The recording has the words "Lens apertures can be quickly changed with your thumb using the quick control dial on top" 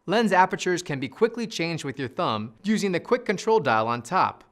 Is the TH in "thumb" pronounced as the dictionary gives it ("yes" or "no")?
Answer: yes